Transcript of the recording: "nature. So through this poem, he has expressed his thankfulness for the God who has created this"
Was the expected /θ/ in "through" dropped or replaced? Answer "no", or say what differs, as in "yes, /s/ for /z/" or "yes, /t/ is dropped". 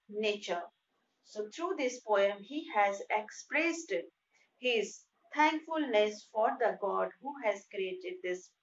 yes, /t/ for /θ/